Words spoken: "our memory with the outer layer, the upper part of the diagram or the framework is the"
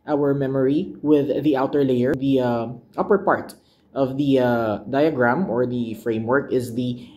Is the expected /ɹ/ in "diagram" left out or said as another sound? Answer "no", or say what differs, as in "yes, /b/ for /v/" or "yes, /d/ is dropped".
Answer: no